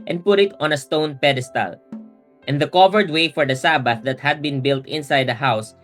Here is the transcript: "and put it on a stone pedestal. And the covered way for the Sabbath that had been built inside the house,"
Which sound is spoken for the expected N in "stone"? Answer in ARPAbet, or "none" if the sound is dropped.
N